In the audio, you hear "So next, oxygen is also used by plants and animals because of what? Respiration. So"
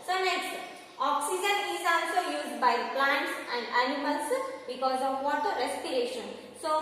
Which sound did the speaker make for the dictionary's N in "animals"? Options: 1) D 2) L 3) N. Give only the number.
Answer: 2